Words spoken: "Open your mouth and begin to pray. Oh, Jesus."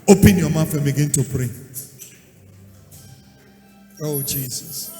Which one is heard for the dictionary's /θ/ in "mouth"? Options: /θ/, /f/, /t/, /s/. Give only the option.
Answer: /f/